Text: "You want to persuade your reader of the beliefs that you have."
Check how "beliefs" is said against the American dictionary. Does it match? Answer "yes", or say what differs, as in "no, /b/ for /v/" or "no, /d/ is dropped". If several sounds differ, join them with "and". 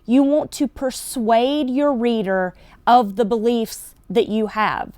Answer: yes